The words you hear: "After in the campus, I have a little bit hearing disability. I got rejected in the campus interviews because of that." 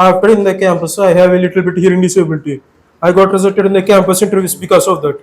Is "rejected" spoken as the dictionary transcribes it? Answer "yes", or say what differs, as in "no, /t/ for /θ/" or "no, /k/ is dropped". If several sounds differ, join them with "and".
no, /z/ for /dʒ/